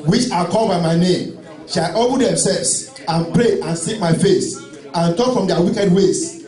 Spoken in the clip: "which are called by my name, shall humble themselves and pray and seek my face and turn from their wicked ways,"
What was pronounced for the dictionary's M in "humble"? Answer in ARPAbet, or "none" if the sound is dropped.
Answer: none